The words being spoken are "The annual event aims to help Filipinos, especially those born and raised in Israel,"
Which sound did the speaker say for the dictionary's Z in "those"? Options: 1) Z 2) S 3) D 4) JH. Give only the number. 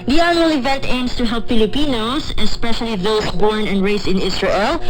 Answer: 2